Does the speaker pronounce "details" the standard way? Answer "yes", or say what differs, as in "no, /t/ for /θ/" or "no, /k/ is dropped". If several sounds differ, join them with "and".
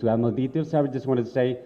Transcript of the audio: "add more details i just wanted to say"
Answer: no, /s/ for /z/